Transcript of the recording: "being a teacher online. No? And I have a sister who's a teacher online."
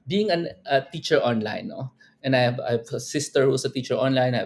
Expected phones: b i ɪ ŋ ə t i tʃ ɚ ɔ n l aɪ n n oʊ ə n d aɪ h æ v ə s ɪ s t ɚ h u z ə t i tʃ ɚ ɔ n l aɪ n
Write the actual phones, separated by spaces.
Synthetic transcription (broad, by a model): b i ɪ ŋ ə t i tʃ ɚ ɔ n l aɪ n n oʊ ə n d aɪ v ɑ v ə s ɪ s t ɚ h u s ə t i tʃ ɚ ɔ n l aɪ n